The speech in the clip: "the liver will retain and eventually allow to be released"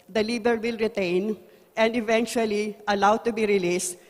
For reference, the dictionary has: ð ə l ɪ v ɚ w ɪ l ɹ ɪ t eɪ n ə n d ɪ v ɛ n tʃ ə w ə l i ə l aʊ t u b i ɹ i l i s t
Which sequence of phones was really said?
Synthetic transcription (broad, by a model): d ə l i b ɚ w ɪ l ɹ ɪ t eɪ n ə n d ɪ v ɛ n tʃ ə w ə l i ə l aʊ t u b i ɹ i l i s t